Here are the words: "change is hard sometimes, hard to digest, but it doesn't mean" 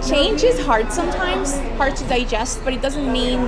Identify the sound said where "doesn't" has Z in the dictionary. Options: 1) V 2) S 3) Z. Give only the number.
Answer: 3